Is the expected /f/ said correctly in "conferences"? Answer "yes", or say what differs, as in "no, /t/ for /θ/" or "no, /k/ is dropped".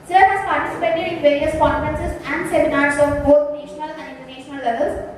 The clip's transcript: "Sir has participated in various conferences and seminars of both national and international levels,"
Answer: no, /f/ is dropped